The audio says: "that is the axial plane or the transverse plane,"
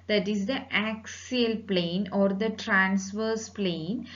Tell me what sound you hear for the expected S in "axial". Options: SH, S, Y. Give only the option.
S